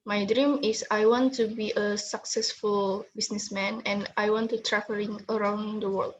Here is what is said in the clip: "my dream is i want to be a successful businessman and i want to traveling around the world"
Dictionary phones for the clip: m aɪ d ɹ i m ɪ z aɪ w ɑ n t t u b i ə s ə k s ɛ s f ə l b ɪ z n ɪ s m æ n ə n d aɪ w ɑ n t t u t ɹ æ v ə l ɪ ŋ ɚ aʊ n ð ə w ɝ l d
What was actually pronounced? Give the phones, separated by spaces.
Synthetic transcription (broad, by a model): m aɪ d ɹ i m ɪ s aɪ w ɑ n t t u b i ə s ə k s ɛ s f ə l b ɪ s n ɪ s m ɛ n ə n aɪ w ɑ n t t u t ɹ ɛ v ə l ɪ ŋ ɚ aʊ n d ə w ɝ l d